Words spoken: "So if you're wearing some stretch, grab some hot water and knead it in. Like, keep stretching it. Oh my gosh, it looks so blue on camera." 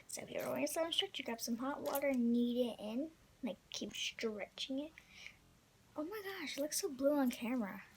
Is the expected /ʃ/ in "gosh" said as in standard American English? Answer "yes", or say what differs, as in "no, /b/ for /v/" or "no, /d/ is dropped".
yes